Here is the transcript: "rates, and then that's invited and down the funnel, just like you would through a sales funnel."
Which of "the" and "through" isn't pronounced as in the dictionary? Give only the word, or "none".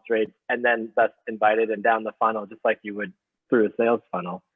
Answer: none